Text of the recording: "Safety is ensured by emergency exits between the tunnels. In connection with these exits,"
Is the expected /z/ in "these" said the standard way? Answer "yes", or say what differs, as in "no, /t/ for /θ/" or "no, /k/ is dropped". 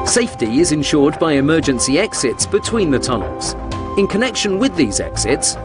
yes